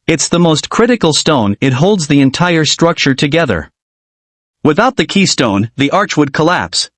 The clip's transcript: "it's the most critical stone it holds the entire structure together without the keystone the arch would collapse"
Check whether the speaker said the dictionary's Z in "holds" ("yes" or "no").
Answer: yes